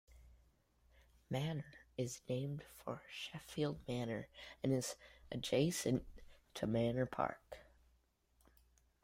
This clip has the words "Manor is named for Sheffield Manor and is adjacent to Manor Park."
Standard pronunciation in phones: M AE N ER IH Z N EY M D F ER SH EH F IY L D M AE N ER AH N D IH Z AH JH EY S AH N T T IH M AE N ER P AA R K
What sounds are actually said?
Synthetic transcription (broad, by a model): M AE N ER IH Z N EY M D F ER SH EH F IY L D M AE N ER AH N IH Z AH JH EY S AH N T T IH M AE N ER P AA R K